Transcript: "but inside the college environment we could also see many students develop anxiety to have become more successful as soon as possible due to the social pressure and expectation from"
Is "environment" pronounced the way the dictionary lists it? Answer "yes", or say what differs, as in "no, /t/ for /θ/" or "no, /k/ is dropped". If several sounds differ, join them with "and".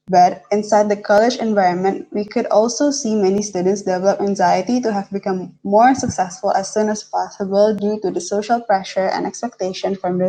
yes